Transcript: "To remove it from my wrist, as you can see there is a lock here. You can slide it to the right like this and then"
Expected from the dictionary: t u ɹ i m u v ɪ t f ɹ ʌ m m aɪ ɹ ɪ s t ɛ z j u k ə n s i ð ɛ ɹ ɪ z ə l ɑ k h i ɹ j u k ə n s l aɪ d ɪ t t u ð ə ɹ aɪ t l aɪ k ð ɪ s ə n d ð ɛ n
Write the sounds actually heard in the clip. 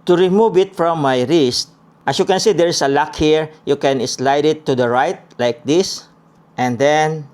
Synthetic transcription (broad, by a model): t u ɹ i m u v ɪ t f ɹ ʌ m m aɪ ɹ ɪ s t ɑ s j u k ə n s i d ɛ ɹ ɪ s ə l ɑ k h i ɹ j u k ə n s l aɪ d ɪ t t u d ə ɹ aɪ t l aɪ k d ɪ s ə n d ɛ n